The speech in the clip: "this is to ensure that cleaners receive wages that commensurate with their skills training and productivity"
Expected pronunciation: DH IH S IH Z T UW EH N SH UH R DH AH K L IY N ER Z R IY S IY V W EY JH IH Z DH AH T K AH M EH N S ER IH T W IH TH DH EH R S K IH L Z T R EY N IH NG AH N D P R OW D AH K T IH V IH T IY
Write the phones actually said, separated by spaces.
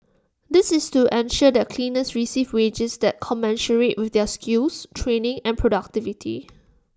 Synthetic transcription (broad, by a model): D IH S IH S T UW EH N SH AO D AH K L IY N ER S R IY S IY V W EY JH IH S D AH T K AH M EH N SH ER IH T W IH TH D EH S K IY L S T R EY N IH NG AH N P R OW D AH K T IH V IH T IY